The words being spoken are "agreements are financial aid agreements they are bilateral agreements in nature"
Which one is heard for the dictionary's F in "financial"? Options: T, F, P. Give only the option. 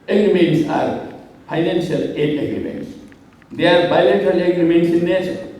P